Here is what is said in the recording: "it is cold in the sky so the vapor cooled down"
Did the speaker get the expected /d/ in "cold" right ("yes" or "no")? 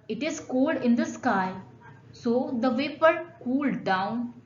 yes